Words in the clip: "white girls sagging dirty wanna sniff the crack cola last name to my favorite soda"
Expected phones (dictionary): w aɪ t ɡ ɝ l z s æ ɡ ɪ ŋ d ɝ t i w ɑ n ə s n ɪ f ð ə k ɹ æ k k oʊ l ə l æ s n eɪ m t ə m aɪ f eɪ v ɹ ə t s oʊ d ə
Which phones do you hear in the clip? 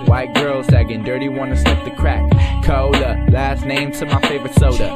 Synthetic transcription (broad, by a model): w aɪ t ɡ ɝ l z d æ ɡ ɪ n d ɝ t i w ɑ n ə s l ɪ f ð ə k ɹ æ k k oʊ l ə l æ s n eɪ m t ə m aɪ f eɪ v ɹ ə t s oʊ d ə